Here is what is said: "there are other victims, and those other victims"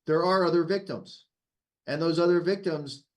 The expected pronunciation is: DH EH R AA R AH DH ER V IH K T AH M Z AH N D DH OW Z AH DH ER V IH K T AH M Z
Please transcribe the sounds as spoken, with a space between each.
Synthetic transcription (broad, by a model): DH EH R AA R AH DH ER V IH K T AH M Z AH N DH OW Z AH DH ER V IH K T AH M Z